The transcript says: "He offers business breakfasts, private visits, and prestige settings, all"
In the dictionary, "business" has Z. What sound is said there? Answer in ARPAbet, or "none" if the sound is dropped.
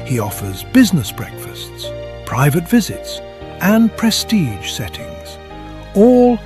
Z